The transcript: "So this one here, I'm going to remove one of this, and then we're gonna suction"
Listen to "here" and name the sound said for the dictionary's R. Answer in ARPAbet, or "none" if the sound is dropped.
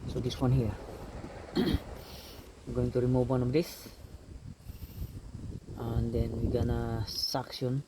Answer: W